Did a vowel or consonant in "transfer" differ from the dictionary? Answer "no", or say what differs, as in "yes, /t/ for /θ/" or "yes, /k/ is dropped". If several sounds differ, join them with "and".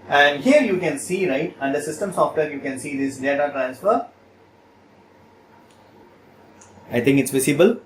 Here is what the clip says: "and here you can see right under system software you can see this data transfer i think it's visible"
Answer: no